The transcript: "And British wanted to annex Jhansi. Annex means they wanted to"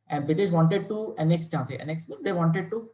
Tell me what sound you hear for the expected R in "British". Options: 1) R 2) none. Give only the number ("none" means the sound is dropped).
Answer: 2